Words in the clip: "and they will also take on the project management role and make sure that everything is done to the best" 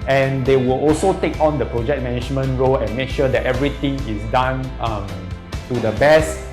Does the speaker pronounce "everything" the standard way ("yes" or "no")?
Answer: no